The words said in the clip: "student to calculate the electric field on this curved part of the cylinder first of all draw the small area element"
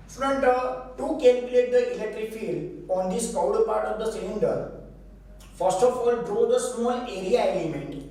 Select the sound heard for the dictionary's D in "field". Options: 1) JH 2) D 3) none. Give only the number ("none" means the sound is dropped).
2